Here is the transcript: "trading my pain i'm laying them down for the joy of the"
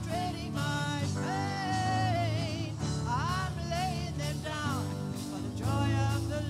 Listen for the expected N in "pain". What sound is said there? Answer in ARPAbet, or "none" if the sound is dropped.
none